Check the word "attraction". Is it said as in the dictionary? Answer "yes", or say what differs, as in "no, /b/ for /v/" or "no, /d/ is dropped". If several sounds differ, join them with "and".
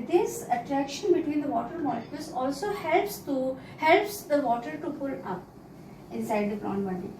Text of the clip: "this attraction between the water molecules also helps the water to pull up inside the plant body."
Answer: yes